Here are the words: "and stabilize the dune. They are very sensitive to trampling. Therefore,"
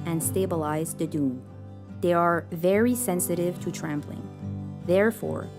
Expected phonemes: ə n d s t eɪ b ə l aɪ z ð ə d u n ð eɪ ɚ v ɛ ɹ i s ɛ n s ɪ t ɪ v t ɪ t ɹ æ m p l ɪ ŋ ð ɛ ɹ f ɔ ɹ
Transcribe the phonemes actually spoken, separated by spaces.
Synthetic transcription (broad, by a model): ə n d s t eɪ b ə l aɪ z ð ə d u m ð eɪ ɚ v ɛ ɹ i s ɛ n s ɪ t ɪ v t ɪ t ɹ æ m p l ɪ ŋ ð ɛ ɹ f ɔ ɹ